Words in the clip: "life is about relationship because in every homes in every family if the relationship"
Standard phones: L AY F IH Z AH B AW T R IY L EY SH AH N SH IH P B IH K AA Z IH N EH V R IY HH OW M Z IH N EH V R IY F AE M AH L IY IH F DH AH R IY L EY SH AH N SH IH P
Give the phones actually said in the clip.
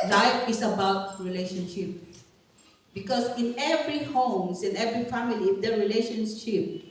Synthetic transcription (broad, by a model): L AY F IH S AH B AW T R IY L EY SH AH N SH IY P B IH K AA S IH N EH V R IY HH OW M S IH N EH V R IY F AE M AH L IY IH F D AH R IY L EY SH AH N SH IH P